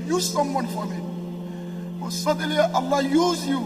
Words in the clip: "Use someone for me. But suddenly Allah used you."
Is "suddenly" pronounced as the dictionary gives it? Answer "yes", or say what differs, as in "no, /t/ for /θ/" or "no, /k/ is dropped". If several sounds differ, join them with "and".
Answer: no, /n/ is dropped